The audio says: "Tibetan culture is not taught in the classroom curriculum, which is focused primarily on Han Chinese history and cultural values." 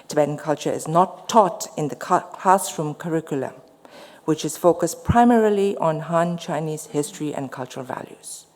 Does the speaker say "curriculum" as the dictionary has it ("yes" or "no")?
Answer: yes